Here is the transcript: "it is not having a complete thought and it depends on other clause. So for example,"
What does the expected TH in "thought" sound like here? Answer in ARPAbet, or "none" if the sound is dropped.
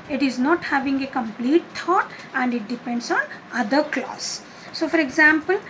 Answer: T